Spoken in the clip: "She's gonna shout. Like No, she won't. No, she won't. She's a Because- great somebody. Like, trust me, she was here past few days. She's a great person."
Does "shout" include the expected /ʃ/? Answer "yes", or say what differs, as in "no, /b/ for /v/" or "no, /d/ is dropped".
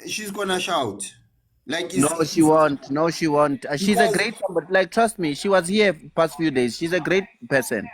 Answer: yes